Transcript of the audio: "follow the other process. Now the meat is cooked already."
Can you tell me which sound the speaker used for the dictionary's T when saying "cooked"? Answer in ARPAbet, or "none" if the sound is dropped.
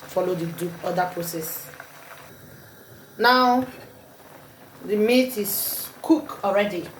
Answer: none